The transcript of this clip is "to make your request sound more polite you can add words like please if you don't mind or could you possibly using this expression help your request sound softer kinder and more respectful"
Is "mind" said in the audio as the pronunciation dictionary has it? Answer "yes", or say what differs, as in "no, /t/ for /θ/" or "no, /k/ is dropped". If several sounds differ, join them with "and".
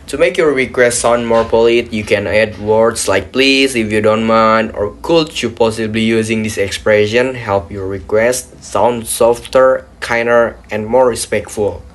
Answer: no, /d/ is dropped